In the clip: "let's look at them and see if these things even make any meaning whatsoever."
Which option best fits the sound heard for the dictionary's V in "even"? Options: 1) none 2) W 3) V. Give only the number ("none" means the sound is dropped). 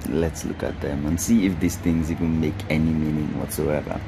2